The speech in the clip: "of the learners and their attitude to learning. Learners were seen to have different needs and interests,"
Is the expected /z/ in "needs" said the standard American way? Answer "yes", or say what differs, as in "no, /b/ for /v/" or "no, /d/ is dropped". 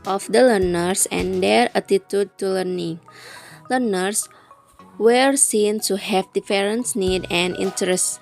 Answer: no, /z/ is dropped